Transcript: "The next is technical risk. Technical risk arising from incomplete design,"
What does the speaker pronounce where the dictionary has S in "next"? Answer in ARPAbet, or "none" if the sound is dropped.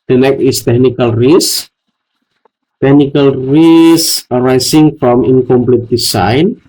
none